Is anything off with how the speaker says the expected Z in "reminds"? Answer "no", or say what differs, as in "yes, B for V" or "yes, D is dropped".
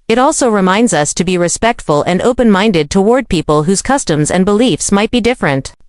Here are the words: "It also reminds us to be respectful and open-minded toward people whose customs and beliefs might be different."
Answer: no